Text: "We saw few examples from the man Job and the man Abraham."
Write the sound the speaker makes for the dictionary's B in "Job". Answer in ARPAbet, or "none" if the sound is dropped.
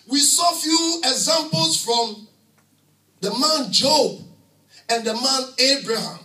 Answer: B